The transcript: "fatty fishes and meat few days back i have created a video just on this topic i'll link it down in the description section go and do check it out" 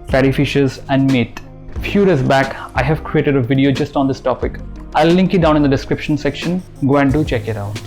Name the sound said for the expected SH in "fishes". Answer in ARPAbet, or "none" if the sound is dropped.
SH